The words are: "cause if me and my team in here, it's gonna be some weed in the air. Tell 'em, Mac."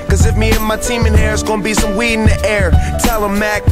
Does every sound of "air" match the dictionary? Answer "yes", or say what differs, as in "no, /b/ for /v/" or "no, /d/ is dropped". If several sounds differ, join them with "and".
yes